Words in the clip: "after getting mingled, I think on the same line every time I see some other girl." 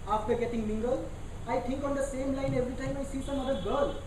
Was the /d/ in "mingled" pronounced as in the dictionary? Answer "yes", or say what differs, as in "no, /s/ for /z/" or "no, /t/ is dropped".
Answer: no, /d/ is dropped